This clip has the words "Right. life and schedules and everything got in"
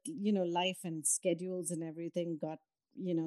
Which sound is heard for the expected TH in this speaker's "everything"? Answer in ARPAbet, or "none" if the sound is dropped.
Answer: T